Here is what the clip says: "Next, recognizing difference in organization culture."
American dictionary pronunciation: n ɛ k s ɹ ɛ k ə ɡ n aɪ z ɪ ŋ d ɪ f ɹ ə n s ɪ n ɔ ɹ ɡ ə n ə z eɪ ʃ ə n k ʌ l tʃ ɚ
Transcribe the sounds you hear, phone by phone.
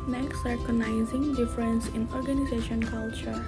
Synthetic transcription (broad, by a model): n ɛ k s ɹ k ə n aɪ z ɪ ŋ d ɪ f ɹ ə n s ɪ n ɔ ɹ ɡ ə n ə z eɪ ʃ ə n k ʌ l tʃ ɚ